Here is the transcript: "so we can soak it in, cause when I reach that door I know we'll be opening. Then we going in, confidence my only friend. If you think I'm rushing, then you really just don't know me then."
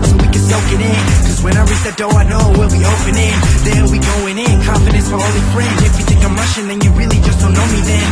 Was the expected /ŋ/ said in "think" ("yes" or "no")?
no